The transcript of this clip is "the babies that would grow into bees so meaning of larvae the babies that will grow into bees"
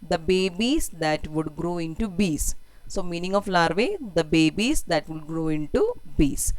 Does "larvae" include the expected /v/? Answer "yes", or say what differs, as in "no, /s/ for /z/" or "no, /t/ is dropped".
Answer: yes